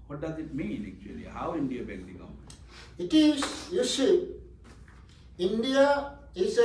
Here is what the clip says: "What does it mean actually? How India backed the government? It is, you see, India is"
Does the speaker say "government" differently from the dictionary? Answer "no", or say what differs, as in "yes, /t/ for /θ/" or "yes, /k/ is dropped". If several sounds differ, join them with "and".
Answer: yes, /n/ is dropped